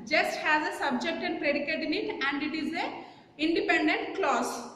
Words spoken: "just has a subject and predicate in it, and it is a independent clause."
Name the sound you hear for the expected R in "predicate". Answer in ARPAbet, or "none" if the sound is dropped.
R